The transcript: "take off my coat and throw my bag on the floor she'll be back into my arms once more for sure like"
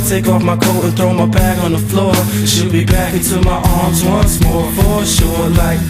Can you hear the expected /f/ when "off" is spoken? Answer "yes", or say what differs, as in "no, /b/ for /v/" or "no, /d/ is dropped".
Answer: yes